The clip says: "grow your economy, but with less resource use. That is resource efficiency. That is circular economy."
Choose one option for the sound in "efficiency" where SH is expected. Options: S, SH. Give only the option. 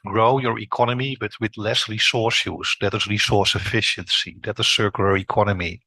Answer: SH